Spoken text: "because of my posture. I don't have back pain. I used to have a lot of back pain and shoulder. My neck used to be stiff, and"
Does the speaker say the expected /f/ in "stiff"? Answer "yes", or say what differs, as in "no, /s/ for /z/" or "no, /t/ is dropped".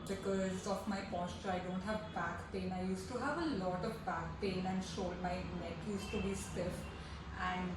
yes